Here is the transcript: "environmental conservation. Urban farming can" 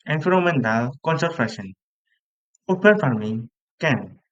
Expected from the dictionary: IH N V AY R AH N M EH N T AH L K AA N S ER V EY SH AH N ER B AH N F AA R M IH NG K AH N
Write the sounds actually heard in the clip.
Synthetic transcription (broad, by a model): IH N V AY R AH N M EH N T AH L K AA N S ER F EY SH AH N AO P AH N F AA R M IH NG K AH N